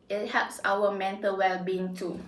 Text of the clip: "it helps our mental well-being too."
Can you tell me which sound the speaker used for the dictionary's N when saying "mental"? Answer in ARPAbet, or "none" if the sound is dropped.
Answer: N